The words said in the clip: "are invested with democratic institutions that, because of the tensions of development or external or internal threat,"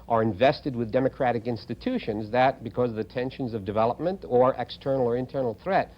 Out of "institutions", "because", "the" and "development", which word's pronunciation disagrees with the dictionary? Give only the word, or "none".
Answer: none